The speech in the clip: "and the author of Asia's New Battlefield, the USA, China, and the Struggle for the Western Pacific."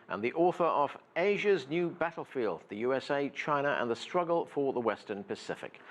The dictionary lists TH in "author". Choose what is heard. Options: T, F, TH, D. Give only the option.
TH